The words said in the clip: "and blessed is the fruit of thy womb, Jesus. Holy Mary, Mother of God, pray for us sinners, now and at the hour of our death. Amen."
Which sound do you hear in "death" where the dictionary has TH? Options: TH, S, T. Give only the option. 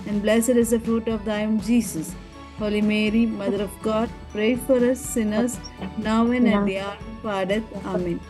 T